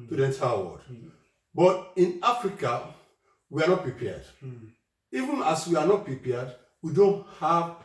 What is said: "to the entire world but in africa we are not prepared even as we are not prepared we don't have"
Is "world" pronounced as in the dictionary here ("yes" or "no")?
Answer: no